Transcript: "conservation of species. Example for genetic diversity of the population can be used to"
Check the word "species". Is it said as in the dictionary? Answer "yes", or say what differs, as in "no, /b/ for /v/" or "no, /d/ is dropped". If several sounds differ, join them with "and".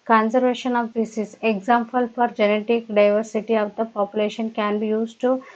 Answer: no, /s/ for /ʃ/